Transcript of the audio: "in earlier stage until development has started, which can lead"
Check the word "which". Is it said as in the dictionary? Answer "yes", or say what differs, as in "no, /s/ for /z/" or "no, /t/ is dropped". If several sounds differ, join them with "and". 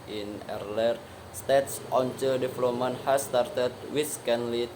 no, /s/ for /tʃ/